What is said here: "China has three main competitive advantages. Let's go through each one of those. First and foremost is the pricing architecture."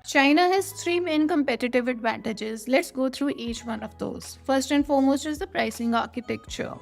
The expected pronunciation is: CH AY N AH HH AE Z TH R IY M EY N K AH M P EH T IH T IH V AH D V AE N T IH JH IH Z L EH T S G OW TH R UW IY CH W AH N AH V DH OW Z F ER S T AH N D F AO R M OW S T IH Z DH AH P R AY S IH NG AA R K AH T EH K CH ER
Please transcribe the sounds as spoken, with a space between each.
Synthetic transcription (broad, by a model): CH AY N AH HH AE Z T R IY M EY N K AH M P EH T IH T IH V AH D V AE N T IH JH IH Z L EH T S G OW T R UW IY CH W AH N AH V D OW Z F ER S T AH N F AO R M OW S T IH Z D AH P R AY S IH NG AA R K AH T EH K CH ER